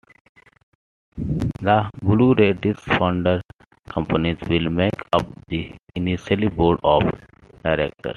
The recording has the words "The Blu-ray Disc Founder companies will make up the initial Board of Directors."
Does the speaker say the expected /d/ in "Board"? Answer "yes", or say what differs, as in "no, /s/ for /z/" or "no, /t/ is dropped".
yes